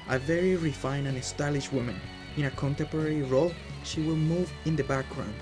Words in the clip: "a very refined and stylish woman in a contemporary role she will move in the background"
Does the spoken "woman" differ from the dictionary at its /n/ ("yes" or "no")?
no